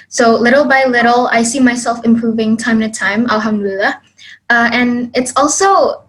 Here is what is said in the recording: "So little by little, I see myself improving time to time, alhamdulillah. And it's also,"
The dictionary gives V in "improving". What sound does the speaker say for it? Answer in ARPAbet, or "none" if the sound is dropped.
V